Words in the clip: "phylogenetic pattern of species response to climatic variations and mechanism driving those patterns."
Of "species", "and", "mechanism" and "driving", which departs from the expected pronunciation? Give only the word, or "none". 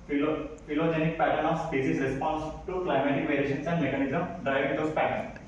species